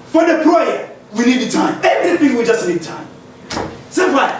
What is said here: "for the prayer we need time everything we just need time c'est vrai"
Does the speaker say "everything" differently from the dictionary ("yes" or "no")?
yes